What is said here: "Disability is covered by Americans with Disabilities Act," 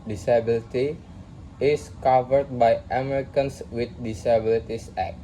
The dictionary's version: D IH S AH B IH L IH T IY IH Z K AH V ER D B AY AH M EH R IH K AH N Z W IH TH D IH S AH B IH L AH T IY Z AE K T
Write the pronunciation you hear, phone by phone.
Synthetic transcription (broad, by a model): D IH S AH B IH L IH T IY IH S K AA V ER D B AY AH M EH R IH K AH N S W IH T D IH S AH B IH L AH T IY S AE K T